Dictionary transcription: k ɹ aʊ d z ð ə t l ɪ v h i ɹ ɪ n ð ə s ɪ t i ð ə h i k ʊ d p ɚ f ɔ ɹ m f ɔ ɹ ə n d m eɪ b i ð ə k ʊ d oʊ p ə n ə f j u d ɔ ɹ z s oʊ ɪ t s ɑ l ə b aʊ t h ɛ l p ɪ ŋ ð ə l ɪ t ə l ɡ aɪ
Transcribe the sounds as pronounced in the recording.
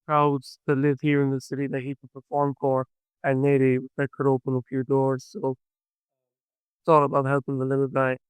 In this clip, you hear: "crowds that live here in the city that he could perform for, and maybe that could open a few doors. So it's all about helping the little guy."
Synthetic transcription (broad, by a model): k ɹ aʊ d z ð ə t l ɪ v h i ɹ ɪ n ð ə s ɪ t i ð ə h i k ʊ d p ɚ f ɔ ɹ m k ɔ ɹ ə n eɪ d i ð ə k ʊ d oʊ p ə n ə p j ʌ d ɔ ɹ z s oʊ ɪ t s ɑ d ə b aʊ t h ɛ l p ɪ ŋ ð ə l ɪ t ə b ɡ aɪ